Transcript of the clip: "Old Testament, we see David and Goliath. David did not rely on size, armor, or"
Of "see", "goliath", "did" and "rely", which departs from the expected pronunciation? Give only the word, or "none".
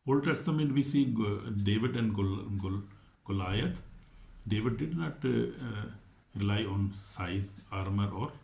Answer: goliath